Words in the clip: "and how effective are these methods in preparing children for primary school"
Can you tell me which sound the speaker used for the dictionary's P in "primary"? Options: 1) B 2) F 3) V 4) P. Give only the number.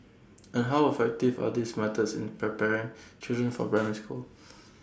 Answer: 1